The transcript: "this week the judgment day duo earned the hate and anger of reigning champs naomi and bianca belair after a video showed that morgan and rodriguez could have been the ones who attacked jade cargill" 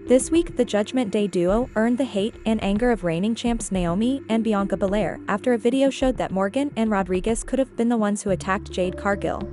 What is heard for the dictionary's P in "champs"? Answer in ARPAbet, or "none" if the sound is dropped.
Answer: P